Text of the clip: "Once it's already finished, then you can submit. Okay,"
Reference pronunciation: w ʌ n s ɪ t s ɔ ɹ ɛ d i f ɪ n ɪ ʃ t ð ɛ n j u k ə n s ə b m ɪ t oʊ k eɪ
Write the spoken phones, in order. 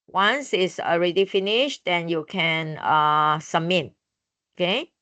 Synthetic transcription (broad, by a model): w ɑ n s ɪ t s ɔ ɹ ɛ d i f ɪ n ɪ ʃ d ɛ n j u k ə n s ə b m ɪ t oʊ k eɪ